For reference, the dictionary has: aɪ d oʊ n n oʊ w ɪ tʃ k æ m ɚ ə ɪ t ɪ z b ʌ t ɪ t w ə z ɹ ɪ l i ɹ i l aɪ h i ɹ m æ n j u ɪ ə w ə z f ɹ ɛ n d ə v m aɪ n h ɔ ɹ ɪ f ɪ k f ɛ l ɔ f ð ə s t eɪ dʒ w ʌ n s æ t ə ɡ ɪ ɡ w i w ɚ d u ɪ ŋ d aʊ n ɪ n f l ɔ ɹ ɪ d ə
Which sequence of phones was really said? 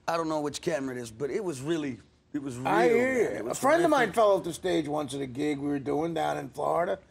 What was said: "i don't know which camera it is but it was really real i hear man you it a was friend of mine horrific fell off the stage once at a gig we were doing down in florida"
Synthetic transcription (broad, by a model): aɪ d oʊ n n oʊ w ɪ tʃ k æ m ɚ ɪ t ɪ z b ʌ t ɪ t w ə z ɹ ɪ l i w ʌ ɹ aɪ h i ɹ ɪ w ə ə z f ɹ ɛ n d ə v m aɪ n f f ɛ l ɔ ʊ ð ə s t eɪ dʒ w ʌ n s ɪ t ə ɡ ɪ ɡ w i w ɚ d u ɪ ŋ d aʊ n ɪ n f l ɔ ɹ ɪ d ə